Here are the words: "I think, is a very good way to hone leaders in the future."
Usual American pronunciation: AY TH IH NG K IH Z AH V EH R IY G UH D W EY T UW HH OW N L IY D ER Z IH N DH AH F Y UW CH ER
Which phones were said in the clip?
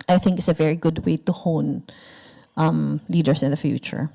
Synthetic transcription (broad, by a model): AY TH IH NG K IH S AH V EH R IY G UH D W EY T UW HH OW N L IY D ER S IH N DH AH F Y UW CH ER